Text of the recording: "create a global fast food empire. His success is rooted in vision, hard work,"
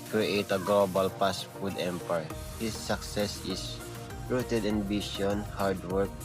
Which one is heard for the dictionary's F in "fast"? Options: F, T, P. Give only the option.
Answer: P